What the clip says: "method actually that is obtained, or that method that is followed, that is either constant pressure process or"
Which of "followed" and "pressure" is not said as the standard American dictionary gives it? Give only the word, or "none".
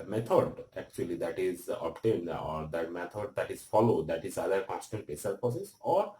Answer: pressure